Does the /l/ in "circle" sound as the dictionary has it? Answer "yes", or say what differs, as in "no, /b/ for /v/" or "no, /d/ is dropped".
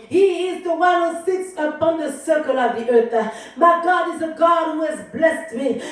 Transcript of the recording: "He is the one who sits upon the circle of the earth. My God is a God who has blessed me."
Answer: yes